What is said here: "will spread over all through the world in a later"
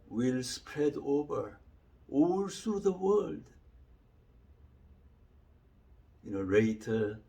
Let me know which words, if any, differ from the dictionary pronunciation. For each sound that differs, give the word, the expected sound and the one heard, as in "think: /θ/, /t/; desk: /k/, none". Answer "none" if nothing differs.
none